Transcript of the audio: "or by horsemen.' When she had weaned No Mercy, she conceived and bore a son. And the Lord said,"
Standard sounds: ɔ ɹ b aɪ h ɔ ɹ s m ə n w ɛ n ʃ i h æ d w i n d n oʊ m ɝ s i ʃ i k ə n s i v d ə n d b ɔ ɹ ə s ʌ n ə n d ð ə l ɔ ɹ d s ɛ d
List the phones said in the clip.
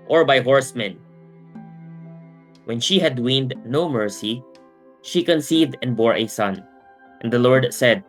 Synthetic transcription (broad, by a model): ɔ ɹ b aɪ h ɔ ɹ s m ə n w ɛ n ʃ i h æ d w i n d n oʊ m ɝ s i ʃ i k ə n s i v d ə n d b ɔ ɹ ə s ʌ n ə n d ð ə l ɔ ɹ d s ɛ d